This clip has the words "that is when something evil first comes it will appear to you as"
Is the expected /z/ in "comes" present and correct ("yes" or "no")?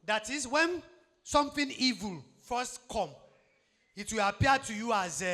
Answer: no